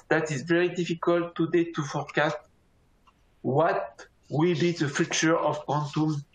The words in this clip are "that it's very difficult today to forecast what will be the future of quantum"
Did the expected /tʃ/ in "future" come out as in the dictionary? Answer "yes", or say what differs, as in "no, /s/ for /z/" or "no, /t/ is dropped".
yes